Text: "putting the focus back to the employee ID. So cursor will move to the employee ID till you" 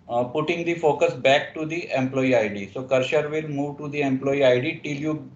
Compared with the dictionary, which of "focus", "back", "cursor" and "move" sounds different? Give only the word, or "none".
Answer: cursor